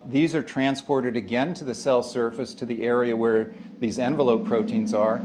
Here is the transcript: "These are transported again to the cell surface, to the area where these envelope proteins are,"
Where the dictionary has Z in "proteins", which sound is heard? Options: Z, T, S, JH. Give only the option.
Z